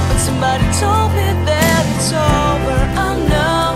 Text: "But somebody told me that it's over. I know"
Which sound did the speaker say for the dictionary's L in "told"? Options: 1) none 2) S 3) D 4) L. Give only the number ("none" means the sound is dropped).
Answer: 4